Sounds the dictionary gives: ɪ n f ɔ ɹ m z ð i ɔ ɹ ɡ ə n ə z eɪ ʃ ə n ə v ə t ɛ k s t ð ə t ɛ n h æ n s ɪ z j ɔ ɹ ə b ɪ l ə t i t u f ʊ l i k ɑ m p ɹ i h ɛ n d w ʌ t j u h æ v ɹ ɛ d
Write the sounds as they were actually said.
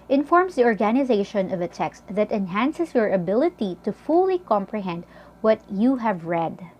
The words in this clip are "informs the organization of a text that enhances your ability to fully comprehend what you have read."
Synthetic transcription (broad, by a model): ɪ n f ɔ ɹ m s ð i ɔ ɹ ɡ ə n ə z eɪ ʃ ə n ə v ə t ɛ k s t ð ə t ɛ n h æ n s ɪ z j ɔ ɹ ə b ɪ l ə t i t u f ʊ l i k ɑ m p ɹ i h ɛ n d w ʌ t j u h æ v ɹ ɛ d